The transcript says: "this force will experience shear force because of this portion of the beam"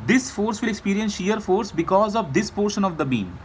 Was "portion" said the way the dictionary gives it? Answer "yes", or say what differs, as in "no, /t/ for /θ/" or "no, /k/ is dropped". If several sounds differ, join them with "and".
yes